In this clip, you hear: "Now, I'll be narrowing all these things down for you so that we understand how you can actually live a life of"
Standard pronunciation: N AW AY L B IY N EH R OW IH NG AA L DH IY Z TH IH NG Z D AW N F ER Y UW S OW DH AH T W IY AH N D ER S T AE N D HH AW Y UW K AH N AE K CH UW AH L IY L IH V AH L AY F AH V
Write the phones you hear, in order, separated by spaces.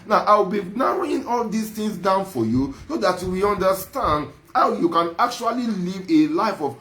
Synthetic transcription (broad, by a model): N AW AY W B IY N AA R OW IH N AA L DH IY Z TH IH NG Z D AW N F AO Y UW S OW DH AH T W IY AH N D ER S T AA N D HH AW Y UW K AH N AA K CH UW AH L IY L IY V AH L AY F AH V